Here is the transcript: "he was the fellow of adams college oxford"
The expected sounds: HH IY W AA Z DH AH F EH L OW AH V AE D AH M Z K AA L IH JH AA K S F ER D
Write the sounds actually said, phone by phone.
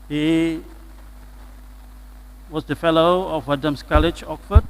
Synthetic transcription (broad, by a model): HH IY W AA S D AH F EH L OW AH W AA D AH M S K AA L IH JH AA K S F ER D